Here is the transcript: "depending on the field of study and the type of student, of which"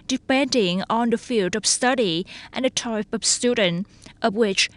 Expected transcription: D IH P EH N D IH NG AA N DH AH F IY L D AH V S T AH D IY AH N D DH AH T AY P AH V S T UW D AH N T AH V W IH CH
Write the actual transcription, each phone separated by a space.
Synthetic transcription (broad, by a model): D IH P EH N D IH NG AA N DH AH F IY L D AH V S T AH D IY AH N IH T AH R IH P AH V S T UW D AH N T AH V W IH CH